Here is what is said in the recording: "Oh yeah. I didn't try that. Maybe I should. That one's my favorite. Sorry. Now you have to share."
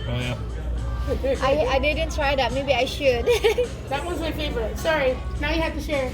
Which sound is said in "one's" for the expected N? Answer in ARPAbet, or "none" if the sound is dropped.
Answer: none